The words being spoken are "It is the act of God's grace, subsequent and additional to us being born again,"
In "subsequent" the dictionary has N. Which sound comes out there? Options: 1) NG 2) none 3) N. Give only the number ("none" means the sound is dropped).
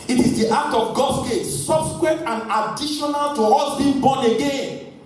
2